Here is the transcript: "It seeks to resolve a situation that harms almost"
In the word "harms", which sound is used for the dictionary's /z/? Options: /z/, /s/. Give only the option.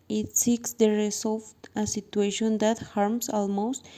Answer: /s/